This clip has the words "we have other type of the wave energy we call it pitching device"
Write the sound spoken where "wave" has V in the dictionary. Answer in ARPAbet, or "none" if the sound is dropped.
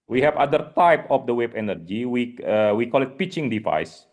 B